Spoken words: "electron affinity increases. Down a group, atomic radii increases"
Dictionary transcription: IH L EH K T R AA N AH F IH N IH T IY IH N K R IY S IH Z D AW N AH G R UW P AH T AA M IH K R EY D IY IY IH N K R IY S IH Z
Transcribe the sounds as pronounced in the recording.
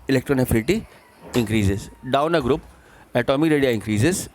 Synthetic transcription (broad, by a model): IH L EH K T R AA N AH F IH L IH T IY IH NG K R IY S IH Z D AW N AH G R UW P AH T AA M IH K R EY D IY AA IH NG K R IY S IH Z